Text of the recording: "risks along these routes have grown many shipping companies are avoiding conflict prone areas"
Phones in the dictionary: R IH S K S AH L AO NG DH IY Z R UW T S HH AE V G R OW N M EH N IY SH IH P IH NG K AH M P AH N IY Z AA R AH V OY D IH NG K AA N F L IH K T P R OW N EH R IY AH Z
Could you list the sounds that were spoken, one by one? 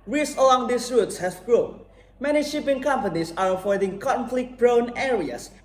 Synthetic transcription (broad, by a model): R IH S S AH L AO NG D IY S R UW T S HH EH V G R OW N M EH N IY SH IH P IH NG K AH M P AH N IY S AA R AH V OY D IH NG K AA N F L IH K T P R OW N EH R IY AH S